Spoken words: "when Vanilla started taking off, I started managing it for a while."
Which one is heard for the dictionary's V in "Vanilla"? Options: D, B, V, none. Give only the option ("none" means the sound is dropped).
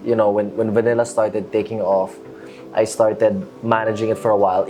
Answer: V